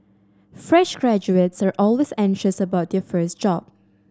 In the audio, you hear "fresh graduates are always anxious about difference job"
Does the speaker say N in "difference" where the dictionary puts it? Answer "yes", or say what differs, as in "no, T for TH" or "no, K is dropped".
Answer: no, N is dropped